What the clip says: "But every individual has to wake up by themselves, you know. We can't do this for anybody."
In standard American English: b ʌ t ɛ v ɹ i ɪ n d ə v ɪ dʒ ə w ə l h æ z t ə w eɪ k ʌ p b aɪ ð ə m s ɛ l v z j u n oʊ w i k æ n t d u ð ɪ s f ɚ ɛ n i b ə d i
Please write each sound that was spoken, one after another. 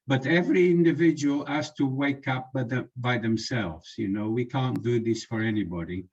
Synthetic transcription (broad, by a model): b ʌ t ɛ v ɹ i ɪ n d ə v ɪ dʒ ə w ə l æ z t ə w eɪ k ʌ p b aɪ ð ə m s ɛ l v z j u n oʊ w i k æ n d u ð ɪ s f ɚ ɛ n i b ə d i